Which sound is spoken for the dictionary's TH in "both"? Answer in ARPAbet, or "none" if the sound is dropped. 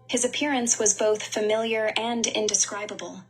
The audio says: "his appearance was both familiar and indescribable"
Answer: TH